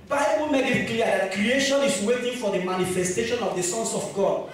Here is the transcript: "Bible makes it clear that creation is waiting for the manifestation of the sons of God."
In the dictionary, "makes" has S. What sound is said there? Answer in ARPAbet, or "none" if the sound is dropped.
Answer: none